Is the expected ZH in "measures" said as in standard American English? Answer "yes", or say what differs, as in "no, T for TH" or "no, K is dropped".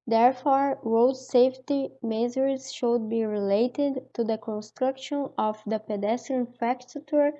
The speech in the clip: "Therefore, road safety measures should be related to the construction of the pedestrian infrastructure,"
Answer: no, Z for ZH